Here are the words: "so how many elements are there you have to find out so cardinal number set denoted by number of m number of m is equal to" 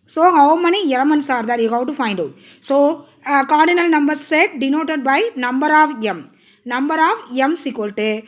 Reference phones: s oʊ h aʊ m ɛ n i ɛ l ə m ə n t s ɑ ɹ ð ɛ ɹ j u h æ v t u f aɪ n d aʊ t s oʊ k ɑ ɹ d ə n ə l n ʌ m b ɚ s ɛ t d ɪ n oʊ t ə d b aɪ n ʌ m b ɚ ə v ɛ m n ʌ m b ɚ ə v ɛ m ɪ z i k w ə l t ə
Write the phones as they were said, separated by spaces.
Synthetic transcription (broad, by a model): s oʊ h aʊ m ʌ n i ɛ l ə m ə n s ɑ ɹ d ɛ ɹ j u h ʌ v t u f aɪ n d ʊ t s oʊ k ɑ ɹ d ə n ə l n ʌ m b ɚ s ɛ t d ɪ n oʊ t ə d b aɪ n ʌ m b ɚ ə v ɛ m n ʌ m b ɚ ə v ɛ m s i k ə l t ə